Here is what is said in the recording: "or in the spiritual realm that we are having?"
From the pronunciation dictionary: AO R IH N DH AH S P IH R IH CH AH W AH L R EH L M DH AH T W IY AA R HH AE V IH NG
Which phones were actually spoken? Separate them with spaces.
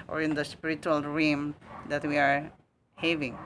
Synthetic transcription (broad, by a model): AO R IH N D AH S P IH R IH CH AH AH L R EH M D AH T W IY AA R HH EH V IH NG